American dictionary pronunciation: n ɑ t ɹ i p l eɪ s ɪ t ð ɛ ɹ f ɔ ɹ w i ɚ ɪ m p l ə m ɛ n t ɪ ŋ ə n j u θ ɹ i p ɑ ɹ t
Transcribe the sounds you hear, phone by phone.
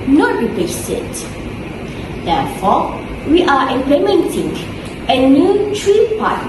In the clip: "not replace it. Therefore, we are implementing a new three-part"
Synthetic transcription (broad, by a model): n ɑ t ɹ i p eɪ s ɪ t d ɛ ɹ f ɔ w i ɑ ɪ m p l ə m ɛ n t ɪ ŋ ə n j u t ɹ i p ɑ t